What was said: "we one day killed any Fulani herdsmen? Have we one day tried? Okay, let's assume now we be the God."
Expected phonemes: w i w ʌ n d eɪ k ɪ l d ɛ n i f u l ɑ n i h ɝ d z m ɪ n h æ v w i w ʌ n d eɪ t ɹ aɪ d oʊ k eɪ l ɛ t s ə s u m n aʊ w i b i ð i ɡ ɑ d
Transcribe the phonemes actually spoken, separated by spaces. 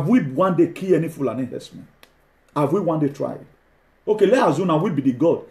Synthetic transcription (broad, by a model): w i w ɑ n d eɪ k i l ɛ n i f u l ɑ n i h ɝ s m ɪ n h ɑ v w i w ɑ n d eɪ t ɹ aɪ d oʊ k eɪ l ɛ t ə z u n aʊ w i b i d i ɡ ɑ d